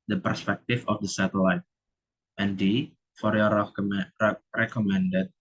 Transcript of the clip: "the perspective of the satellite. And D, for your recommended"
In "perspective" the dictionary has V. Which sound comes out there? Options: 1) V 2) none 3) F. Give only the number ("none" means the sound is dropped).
3